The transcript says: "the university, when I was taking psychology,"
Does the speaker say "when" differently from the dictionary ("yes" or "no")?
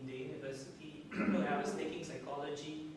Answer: yes